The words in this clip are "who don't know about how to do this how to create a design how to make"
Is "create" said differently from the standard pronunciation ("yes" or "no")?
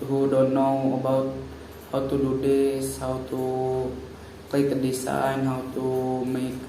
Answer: yes